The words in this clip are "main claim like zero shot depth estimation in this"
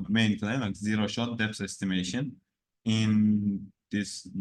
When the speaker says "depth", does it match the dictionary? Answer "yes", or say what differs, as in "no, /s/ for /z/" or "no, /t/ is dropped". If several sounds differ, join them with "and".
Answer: no, /s/ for /θ/